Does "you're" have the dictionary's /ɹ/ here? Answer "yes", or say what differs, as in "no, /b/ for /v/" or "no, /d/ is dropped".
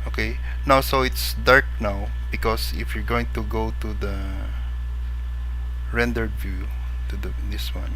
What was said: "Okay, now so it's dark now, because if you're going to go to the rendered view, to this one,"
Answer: yes